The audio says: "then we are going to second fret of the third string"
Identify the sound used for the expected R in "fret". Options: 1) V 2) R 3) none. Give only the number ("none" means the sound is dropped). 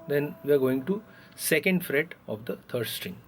2